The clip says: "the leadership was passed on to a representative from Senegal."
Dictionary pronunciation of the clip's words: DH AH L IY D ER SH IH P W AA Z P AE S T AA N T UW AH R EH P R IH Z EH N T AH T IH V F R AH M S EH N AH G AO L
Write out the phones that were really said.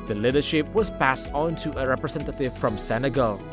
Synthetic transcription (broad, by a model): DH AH L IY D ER SH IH P W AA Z P AE S T AA N T UW AH R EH P R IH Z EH N T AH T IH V F R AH M S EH N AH G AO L